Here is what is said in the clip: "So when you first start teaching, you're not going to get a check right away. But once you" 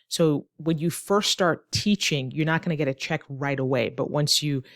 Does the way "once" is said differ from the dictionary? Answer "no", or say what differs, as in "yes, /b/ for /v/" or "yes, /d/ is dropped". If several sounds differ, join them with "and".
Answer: no